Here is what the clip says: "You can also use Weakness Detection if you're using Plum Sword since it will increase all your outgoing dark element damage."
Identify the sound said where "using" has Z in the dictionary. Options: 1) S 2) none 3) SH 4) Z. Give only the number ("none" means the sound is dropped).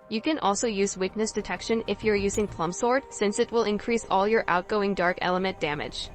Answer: 4